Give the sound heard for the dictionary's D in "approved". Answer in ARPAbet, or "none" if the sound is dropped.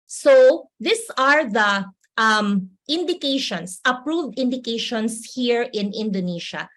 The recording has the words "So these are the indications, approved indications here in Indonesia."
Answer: D